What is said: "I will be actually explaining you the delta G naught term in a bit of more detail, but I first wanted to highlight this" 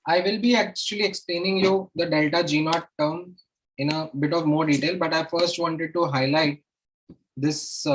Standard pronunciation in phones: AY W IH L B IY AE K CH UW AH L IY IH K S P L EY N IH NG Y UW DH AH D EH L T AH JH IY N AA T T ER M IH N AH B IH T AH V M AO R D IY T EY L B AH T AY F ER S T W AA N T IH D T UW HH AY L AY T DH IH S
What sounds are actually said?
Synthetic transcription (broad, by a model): AY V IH L B IY AE K CH UW AH L IY IH K S P L EY N IH NG Y UW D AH D EH L T AH JH IY N AA T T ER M IH N AH B IH T AH V M AO R D IY T EY L B AH T AY F ER S T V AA N T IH D T UW HH AY L AY T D IH S